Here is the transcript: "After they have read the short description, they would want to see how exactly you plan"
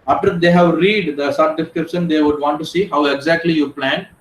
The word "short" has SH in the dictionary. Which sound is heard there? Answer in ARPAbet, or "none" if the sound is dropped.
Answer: S